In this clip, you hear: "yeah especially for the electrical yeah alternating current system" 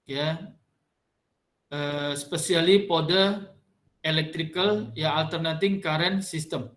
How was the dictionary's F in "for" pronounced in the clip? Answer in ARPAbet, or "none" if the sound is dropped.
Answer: P